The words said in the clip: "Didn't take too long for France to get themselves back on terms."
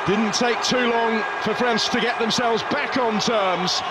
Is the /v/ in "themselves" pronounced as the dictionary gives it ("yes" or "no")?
yes